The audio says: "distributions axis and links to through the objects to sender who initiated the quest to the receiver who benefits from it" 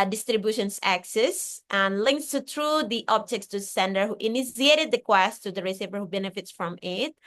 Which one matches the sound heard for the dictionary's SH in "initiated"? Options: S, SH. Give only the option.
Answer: S